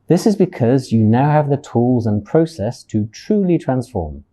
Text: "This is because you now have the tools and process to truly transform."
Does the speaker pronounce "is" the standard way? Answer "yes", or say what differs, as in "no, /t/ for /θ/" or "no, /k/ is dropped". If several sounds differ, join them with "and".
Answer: yes